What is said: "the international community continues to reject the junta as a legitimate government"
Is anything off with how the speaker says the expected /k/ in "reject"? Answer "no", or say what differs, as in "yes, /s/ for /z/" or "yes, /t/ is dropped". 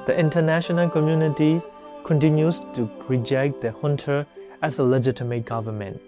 no